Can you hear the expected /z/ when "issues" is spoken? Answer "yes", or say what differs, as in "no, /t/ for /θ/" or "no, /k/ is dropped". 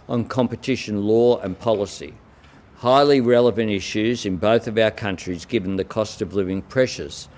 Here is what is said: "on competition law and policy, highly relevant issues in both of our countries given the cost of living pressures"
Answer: yes